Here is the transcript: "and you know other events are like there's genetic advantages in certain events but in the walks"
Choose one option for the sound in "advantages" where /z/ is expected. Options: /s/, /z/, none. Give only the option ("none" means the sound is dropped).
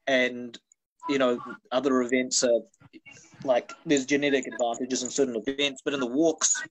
/z/